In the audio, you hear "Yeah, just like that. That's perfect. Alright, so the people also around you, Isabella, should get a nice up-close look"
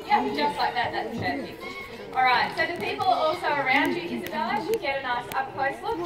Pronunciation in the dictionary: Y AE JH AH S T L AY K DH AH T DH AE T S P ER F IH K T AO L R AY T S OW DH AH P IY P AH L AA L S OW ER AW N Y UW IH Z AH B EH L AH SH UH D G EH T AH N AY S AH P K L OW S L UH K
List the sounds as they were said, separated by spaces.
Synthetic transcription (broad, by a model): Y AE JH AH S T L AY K DH AH T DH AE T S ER IH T AO L R AY T S OW DH AH P IY P L AA L S OW ER AW N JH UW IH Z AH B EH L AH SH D G EH T AH N AY S AH P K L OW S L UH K